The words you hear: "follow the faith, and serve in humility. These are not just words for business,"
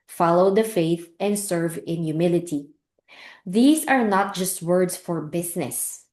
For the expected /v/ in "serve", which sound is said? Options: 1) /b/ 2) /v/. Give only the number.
2